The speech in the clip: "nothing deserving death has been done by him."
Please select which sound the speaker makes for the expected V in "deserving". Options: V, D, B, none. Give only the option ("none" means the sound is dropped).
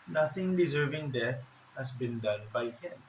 V